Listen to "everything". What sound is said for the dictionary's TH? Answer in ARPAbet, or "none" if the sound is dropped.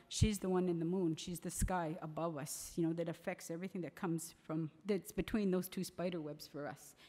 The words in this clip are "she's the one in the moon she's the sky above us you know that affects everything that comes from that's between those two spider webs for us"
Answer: TH